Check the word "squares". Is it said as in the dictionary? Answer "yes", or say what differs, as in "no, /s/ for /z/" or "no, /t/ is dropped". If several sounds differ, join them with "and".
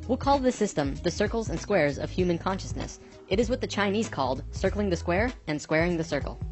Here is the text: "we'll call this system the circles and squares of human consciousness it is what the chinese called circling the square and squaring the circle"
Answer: yes